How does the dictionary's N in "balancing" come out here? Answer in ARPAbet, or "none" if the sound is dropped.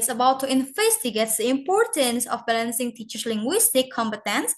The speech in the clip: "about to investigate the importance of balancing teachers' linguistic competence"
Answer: N